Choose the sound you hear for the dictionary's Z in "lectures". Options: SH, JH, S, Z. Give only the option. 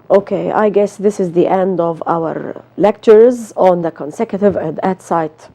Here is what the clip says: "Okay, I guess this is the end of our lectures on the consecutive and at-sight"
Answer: Z